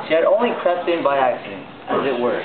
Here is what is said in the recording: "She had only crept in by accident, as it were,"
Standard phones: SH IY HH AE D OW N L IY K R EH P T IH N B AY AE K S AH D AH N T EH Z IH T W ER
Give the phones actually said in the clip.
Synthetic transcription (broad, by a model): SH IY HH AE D OW N L IY K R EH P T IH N B AY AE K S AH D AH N AH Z IH T W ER